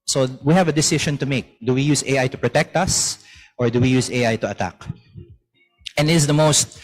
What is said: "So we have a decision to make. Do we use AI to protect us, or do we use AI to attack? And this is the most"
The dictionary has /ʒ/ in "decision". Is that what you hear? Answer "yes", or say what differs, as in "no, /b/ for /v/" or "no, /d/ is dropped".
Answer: no, /ʃ/ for /ʒ/